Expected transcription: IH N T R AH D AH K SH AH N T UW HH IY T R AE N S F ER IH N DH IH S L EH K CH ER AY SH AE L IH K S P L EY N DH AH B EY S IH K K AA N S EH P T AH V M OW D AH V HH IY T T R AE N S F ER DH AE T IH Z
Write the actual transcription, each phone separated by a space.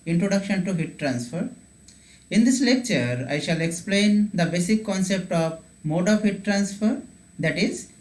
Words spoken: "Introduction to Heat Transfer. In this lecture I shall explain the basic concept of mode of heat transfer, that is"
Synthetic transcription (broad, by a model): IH N T R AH D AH K SH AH N T UW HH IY T R AE N S F ER IH N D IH S L EH K CH ER AY SH AE L IH K S P L EY N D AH B EY S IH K K AA N S EH P T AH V M OW D AH V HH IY T T R AE N S F ER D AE T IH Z